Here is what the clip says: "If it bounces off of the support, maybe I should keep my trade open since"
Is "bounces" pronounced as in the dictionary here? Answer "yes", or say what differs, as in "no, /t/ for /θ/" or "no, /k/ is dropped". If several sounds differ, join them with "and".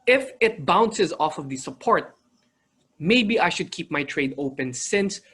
yes